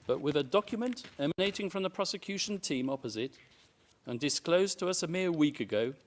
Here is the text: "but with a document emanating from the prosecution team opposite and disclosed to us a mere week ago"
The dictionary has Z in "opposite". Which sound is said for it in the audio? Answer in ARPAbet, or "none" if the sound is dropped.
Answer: Z